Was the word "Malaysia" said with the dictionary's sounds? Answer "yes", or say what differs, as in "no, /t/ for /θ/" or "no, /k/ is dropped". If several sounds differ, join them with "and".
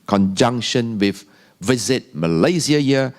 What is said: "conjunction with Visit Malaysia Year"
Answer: no, /z/ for /ʒ/